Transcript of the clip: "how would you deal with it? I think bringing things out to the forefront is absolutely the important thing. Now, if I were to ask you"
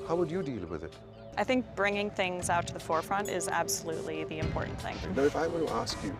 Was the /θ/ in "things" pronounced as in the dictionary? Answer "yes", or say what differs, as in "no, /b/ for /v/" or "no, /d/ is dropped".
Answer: yes